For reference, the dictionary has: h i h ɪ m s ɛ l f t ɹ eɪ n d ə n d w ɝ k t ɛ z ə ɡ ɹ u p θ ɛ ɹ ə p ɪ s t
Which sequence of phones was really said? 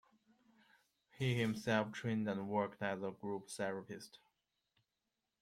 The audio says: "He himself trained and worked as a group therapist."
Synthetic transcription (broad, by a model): h i h ɪ m s ɛ l f t ɹ eɪ n d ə n w ɝ k t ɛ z ə ɡ ɹ u p s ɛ ɹ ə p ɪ s t